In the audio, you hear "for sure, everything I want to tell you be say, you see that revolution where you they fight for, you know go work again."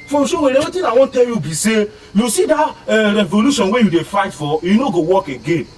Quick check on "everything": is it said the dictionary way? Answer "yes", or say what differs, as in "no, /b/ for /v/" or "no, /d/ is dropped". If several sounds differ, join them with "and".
no, /v/ is dropped